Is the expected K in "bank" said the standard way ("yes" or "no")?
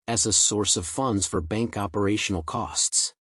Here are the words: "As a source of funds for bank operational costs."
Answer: yes